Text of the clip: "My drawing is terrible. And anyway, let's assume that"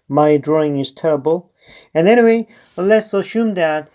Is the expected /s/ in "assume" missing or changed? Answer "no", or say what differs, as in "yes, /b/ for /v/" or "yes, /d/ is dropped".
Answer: yes, /ʃ/ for /s/